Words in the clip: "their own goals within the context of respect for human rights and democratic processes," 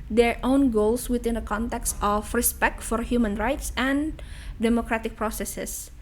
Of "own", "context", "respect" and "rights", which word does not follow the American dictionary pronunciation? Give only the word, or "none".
none